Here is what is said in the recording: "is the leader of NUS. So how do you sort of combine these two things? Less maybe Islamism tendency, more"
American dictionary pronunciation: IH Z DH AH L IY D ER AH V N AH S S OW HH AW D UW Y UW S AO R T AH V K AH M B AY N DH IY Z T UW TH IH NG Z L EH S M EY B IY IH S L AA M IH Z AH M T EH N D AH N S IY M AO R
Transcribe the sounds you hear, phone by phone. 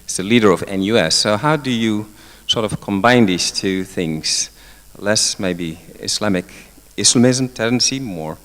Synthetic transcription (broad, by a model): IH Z DH AH L IY D ER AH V N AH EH S OW HH AW D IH Y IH S AO R T AH V K AH M B AY N DH IY Z T UW TH IH NG Z L EH S M EY B IY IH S L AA M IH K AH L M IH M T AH N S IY M AO R